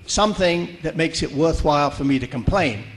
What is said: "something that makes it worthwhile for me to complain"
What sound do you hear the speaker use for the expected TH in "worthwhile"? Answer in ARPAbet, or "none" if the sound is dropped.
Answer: TH